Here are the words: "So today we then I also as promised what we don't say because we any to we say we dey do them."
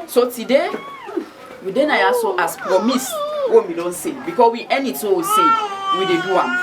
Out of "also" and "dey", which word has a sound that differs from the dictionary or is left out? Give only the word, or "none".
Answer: also